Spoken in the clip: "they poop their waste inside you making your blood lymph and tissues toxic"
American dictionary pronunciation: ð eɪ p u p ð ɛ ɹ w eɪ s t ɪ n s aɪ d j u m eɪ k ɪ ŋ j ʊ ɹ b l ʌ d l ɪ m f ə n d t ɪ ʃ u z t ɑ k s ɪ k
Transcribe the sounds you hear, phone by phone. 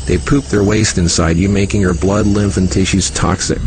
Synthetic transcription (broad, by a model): ð eɪ p u p ð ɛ ɹ w eɪ s t ɪ n s aɪ d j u m eɪ k ɪ ŋ j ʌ ɹ b l ʌ d l ɪ m f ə n t ɪ ʃ u z t ɑ k s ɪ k